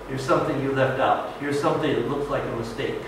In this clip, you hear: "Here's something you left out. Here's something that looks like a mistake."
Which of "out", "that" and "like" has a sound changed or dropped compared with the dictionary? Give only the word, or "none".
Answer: none